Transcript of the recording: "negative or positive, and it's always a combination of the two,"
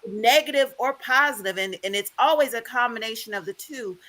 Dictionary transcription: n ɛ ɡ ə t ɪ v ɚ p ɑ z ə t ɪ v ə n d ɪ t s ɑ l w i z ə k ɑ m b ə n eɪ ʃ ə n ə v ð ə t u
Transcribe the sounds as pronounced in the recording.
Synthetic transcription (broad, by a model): n ɛ ɡ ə t ɪ v ɚ p ɑ z ə t ɪ v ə n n ɪ t s ɑ l w i z ə k ɑ m b ə n eɪ ʃ ə n ə v ð ə t u